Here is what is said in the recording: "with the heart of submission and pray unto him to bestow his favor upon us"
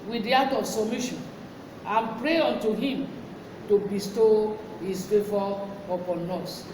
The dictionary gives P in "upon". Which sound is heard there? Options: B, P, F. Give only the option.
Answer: P